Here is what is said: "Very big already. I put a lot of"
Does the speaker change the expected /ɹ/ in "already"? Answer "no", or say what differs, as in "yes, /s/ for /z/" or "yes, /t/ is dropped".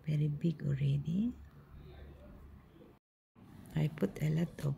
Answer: no